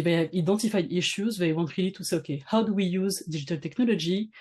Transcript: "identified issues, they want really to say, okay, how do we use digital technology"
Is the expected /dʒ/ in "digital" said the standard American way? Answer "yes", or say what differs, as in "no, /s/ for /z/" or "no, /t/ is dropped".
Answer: no, /ʒ/ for /dʒ/